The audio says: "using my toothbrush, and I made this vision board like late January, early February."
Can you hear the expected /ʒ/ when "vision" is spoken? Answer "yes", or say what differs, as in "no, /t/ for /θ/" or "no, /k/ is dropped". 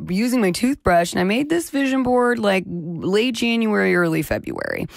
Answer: yes